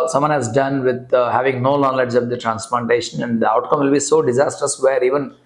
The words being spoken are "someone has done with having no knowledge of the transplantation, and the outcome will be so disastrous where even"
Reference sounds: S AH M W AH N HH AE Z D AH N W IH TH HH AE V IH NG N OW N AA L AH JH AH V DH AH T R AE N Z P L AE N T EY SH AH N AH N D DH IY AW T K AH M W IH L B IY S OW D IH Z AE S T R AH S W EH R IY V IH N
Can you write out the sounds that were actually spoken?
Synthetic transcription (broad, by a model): S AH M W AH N HH AE Z D AH N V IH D HH AE V IH NG N OW L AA L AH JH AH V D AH T R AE N S P L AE N T EY SH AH N AH N D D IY AW T K AH M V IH L B IY S OW D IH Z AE S T R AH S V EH R IY V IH N